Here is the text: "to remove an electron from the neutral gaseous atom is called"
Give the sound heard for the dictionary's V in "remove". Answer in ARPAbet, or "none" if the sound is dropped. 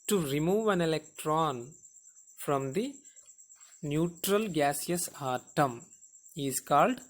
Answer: V